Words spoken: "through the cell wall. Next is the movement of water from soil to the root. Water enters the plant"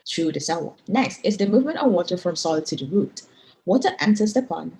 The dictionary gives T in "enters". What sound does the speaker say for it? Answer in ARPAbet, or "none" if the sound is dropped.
S